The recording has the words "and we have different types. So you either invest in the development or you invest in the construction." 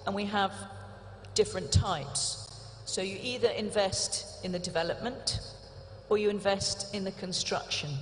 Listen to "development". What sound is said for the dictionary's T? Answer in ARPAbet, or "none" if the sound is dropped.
T